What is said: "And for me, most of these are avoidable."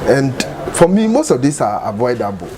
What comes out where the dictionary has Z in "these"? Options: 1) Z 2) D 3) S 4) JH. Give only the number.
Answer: 3